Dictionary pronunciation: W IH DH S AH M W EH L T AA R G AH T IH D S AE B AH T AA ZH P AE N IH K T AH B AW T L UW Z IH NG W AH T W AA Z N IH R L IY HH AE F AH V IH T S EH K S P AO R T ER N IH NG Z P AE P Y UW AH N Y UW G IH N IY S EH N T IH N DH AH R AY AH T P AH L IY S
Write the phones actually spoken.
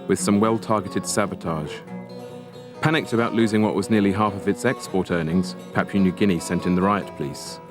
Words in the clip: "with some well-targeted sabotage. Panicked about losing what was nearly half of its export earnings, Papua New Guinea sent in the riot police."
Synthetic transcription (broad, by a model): W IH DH S AH M W EH L T AA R G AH T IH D S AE B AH T AA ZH P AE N IH K T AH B AW T L UW Z IH NG W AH T W AA Z N IH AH L IY HH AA F AH V IH T S EH K S P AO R T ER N IH NG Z P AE P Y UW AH N Y UW G IH N IY S EH N T IH N DH AH R AY AH T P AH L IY S